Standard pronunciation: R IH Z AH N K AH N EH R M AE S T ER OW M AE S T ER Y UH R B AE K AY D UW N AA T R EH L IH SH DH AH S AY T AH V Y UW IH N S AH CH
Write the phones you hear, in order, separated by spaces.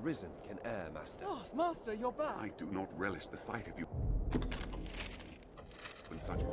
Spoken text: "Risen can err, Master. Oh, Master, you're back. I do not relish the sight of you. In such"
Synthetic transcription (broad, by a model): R IH Z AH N K AH N EH R M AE S T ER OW M AE S T ER Y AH R B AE AY D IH N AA T R EH L IH SH DH AH S AY T AH V Y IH IH N S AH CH